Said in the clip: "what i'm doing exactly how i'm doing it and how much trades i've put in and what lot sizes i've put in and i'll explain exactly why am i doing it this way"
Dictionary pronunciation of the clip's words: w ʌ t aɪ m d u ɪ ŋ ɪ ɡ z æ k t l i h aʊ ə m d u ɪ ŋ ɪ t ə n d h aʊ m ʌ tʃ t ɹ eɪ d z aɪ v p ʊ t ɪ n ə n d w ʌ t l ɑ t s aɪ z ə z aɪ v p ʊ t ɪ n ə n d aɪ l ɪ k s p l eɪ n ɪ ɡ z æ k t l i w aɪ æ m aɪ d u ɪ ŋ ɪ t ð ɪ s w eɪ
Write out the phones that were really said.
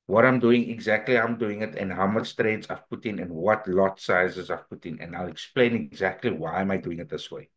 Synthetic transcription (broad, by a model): w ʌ t aɪ m d u ɪ ŋ ɪ ɡ z æ k t l i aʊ ə m d u ɪ ŋ ɪ t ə n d h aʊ m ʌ s t ɹ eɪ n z aɪ v p ʊ t ɪ n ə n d w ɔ t l ɑ t s aɪ z ə z aɪ v p ʊ t ɪ n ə n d aɪ l ɪ k s p l eɪ n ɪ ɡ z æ k t l i w aɪ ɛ m aɪ d u ɪ ŋ ɪ t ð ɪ s w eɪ